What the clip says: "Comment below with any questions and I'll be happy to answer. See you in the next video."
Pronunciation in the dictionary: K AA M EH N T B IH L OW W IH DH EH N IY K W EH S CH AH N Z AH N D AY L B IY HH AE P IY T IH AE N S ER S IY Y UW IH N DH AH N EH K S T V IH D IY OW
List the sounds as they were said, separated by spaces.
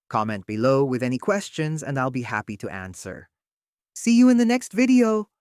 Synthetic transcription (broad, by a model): K AA M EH N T B IH L OW W IH DH EH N IY K W EH S CH AH N Z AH N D AY L B IY HH AE P IY T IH AE N S ER S IY Y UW IH N DH AH N EH K S T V IH D IY OW